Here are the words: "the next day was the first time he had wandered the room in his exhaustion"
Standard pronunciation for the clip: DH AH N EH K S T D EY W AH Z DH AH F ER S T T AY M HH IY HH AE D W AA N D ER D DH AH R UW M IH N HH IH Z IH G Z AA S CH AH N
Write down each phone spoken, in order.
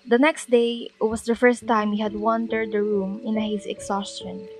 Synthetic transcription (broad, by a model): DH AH N EH K S T D EY W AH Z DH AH F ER S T T AY M HH IY HH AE D W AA N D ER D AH R UW M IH N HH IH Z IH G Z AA S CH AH N